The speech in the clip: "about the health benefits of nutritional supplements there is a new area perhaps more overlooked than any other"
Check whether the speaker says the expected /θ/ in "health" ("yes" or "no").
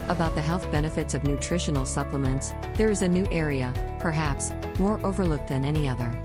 yes